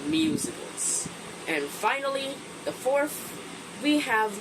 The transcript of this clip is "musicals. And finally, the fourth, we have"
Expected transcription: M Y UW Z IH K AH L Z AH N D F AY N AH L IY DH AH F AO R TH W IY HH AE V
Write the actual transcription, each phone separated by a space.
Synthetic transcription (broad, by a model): M Y UW Z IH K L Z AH N F AY N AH L IY DH AH F AO R TH W IY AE V